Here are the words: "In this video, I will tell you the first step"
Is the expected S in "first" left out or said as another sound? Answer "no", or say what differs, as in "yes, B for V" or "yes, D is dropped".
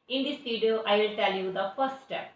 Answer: yes, S is dropped